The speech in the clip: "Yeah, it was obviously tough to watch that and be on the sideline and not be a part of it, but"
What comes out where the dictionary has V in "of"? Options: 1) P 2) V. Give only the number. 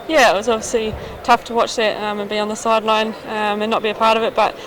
2